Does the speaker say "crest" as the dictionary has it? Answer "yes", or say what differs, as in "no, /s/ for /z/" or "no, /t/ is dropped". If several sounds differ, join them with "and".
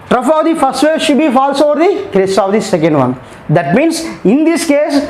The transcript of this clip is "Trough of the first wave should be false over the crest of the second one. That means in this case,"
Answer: no, /t/ is dropped